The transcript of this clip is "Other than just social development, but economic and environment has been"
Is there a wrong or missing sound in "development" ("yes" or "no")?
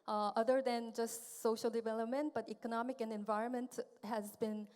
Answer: no